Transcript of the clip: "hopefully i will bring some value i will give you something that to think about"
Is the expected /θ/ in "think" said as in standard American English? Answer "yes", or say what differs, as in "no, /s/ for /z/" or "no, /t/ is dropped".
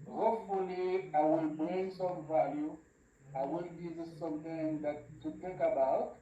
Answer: no, /t/ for /θ/